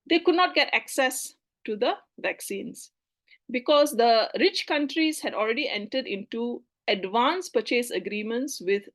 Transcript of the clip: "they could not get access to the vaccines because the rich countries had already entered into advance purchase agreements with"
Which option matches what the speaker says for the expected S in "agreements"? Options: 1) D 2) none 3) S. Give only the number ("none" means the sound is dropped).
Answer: 3